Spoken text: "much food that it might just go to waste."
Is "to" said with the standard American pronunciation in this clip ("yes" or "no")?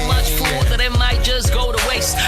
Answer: yes